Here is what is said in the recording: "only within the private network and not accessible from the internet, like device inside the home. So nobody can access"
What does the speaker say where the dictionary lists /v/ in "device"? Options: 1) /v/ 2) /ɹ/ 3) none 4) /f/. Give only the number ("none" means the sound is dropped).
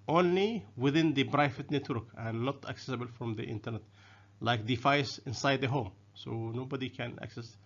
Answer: 4